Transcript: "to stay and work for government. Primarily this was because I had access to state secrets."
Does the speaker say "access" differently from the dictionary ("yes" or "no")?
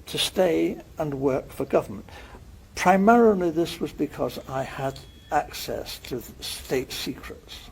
no